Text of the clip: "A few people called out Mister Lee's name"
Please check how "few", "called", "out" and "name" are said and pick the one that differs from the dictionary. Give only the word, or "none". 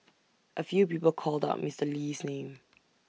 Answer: none